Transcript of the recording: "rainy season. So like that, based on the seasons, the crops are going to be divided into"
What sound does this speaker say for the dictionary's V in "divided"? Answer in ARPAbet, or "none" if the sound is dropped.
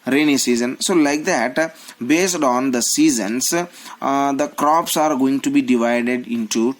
V